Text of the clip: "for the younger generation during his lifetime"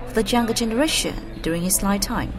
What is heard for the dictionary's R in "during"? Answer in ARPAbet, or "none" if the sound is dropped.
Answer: R